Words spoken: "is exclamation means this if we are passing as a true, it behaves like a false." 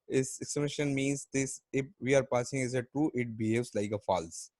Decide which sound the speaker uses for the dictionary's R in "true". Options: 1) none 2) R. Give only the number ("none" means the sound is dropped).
1